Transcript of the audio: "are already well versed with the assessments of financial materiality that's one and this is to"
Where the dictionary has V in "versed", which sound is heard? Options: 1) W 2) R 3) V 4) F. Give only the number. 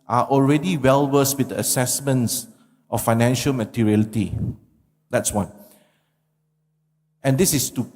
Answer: 1